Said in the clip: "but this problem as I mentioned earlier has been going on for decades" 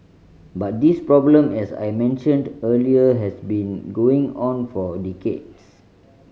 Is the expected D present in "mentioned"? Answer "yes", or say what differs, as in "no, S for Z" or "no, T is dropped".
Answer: yes